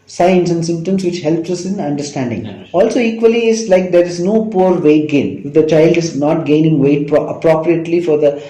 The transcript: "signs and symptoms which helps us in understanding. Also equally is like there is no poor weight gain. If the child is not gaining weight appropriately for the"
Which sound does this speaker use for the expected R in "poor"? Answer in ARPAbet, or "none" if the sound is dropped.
R